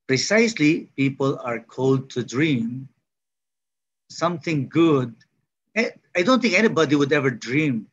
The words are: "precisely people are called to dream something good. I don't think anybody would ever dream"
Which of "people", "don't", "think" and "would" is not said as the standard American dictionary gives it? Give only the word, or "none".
think